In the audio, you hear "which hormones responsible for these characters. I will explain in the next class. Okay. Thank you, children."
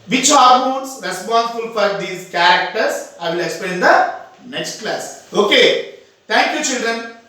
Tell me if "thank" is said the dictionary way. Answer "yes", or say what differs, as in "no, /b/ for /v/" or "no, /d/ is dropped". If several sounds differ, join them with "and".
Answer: no, /t/ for /θ/